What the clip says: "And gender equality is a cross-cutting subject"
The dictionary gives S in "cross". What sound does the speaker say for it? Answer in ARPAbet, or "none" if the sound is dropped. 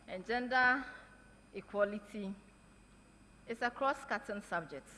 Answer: S